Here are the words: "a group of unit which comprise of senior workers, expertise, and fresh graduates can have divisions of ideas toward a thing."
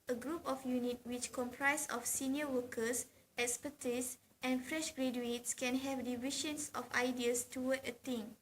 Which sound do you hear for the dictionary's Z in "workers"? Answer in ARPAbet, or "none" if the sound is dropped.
S